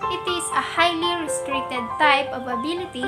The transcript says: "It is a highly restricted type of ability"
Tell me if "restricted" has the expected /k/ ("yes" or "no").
yes